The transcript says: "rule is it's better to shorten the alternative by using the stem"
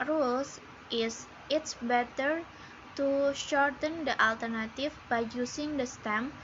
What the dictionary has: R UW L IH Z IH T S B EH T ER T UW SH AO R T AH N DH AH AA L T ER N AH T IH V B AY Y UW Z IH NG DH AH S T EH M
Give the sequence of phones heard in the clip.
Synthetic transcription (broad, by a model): R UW L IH S IH T S B EH T ER T UW SH AO R T AH N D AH AA L T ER N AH T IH F B AY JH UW S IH NG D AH S T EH M